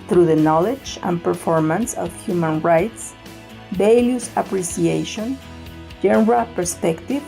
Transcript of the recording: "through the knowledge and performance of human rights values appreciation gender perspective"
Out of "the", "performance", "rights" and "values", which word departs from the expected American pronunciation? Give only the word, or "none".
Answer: values